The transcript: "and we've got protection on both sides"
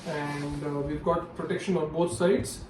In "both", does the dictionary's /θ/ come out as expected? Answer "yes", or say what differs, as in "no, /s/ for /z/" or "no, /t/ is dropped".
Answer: no, /t/ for /θ/